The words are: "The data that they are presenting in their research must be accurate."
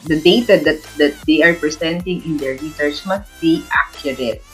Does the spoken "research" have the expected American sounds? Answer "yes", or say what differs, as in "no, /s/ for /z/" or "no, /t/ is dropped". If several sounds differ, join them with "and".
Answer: no, /s/ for /tʃ/